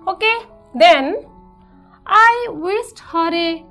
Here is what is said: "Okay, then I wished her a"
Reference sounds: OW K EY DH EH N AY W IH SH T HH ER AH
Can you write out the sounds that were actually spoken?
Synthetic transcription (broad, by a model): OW K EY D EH N AY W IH S T HH ER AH